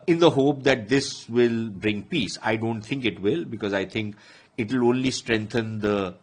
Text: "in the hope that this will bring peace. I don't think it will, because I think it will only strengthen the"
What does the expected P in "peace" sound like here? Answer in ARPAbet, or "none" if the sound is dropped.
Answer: P